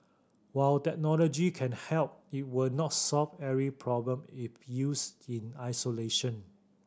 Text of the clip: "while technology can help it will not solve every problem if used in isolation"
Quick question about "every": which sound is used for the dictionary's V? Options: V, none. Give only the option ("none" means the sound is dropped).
none